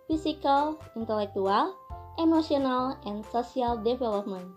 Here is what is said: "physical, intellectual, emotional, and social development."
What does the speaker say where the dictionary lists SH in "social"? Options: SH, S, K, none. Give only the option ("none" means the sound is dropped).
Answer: S